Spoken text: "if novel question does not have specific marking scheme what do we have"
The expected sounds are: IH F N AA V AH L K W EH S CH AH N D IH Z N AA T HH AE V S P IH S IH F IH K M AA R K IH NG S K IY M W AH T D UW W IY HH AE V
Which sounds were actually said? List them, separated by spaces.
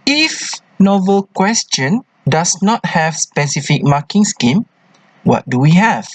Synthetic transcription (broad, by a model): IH F N AA V AH L K W EH S CH AH N D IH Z N AA T HH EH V S P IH S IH F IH K M AA K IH NG S K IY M W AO T D UW W IY HH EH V